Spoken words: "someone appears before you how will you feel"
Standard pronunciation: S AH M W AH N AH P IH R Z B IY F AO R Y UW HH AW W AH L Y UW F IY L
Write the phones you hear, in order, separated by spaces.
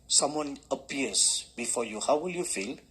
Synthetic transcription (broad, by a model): S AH M W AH N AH P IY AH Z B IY F AO Y UW HH AW W AH L Y UW F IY L